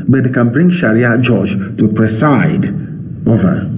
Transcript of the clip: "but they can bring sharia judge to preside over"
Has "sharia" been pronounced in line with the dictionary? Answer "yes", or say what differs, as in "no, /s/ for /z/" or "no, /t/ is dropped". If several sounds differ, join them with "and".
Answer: yes